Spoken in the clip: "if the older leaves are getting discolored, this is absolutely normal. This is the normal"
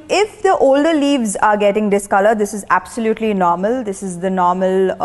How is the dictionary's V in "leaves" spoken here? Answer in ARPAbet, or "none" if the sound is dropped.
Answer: V